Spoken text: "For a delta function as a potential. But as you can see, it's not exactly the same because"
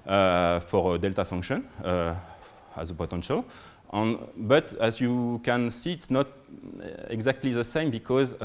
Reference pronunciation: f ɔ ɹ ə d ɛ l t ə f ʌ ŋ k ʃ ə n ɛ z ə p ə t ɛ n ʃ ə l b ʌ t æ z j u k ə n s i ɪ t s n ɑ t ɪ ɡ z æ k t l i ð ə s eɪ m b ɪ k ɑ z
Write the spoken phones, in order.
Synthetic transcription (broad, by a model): f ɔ ɹ ə d ɛ l t ə f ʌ ŋ k ʃ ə n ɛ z ə p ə t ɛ n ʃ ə l b ʌ t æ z j u k ə n s i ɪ t s n ɑ t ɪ ɡ z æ k t l i ð ə s eɪ m b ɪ k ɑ z